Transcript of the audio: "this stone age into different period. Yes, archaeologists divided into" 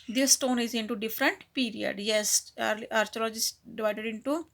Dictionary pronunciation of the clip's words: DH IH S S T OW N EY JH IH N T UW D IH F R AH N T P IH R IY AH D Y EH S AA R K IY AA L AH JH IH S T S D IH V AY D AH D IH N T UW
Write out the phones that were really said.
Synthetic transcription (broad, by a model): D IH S S T OW N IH Z IH N T UW D IH F R AH N T P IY R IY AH D Y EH S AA R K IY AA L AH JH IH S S D IH V AY D AH D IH N T UW